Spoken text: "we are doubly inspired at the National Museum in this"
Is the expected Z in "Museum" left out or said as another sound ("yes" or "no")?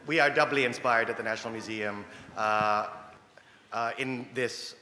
no